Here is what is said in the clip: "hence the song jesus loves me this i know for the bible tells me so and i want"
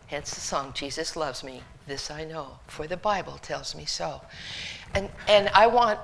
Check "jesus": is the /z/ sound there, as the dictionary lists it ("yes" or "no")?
yes